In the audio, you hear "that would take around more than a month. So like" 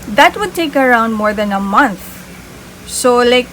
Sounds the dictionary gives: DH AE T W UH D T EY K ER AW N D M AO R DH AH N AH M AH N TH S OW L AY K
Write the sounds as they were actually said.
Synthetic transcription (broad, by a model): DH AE T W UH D T EY K ER AW N D M AO R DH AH N AH M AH N T S OW L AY K